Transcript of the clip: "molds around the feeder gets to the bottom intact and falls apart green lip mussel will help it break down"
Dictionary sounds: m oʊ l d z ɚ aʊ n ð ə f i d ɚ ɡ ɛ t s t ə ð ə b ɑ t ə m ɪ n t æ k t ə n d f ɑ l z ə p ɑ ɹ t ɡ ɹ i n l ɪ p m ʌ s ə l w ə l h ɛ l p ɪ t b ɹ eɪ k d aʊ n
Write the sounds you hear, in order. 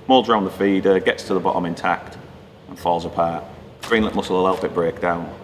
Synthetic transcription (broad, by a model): m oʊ l d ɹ aʊ n ð ə f i d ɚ ɡ ɛ t s t ə ð ə b ɑ t ə m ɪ n t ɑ k t ə n f ɑ l z ə p ɑ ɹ t ɡ ɹ i n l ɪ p m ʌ s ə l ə l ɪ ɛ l b ɪ t b ɹ eɪ k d aʊ n